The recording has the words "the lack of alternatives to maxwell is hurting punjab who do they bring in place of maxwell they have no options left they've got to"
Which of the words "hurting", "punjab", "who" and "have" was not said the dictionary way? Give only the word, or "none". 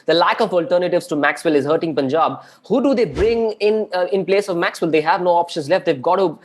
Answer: none